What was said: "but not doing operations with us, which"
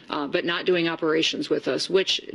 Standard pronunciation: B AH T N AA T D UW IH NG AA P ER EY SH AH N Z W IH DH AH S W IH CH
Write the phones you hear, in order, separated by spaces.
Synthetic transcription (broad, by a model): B AH T N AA T D UW IH NG AA P ER EY SH AH N Z W IH DH AH S W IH CH